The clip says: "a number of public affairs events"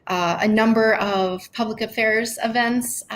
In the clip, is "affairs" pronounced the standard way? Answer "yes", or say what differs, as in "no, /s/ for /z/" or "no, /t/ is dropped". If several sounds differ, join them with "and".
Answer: yes